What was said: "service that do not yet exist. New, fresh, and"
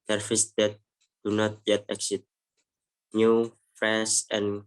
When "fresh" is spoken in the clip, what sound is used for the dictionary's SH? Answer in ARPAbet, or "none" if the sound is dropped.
S